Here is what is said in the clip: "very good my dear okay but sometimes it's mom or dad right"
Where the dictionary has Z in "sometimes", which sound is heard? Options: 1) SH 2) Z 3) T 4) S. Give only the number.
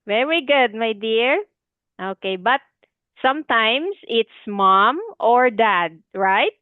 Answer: 4